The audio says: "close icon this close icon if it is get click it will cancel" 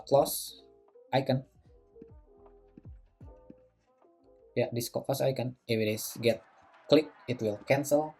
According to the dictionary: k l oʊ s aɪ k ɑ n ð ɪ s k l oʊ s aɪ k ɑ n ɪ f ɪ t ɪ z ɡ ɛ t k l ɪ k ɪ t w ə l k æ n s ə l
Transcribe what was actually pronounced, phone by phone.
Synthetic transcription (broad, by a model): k l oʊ s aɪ k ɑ n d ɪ s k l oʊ s aɪ k ɑ n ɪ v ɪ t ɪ s ɡ ɛ t k l ɪ k ɪ t w ə l k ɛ n s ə l